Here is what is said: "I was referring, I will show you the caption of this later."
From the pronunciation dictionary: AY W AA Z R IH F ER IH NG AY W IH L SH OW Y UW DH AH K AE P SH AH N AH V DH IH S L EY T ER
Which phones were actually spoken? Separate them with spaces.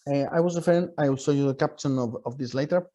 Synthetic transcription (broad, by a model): AY W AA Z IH F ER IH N AY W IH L S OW Y UW DH AH K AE P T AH N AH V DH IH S L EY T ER